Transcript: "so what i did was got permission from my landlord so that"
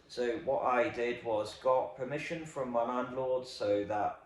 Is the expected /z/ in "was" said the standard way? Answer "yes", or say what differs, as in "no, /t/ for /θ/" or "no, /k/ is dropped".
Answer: yes